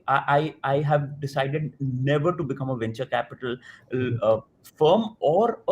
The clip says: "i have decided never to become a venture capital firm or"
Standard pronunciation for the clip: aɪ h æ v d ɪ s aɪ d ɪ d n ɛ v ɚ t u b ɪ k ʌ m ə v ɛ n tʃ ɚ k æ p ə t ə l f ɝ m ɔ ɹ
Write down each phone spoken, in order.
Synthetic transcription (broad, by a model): aɪ h æ v d ɪ s aɪ d ɪ d n ɛ v ɚ t u b ɪ k ʌ m ə v ɛ n tʃ ɚ k æ p ə t ə l f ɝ m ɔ ɹ